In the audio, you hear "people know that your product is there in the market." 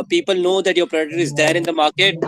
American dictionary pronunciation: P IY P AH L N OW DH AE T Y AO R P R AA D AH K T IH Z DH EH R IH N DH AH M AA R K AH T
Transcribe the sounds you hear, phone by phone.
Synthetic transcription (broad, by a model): P IY P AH L N OW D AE T Y AO R P R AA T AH T IH Z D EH R IH N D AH M AA R K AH T